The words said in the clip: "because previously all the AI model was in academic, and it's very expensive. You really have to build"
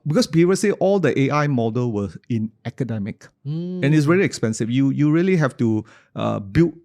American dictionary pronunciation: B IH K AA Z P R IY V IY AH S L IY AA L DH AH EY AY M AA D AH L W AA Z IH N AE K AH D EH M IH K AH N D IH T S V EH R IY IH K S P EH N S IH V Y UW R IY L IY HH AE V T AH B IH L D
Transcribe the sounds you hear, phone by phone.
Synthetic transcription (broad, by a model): B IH K AA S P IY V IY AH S IY AA L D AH EY AY M AA D AH L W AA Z IH N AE K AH D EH M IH K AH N IH T S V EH R IY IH K S P EH N S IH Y Y UW R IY L IY HH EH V T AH B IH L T